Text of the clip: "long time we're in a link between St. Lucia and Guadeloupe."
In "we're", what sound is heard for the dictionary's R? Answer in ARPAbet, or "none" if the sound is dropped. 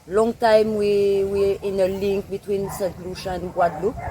W